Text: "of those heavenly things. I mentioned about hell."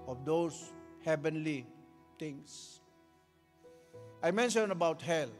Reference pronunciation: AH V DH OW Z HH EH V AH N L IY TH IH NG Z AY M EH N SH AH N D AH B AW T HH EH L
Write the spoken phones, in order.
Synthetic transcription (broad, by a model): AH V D OW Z HH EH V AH N L IY T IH NG S AY M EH N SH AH N AH B AW T HH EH L